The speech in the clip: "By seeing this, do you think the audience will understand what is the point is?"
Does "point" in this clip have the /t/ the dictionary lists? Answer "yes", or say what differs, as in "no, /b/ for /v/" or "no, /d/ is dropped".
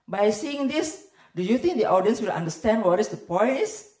no, /t/ is dropped